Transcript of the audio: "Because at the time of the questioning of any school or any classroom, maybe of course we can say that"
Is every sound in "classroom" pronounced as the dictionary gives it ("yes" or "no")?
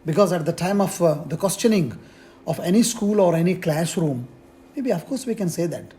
yes